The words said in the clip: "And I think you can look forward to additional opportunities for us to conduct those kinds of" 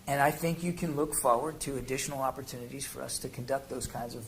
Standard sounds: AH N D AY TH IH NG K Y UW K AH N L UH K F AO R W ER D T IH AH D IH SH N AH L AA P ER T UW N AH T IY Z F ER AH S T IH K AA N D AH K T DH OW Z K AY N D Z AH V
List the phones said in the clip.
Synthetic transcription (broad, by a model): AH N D AY TH IH NG K Y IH K AH N L UH K F AO R W ER D T IH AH D IH SH N L AA P ER T UW N AH T IY Z F ER AH S T IH K N D AH K T DH OW Z K AY N D Z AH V